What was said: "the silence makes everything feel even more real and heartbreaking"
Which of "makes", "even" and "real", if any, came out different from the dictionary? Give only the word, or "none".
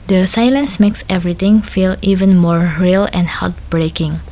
none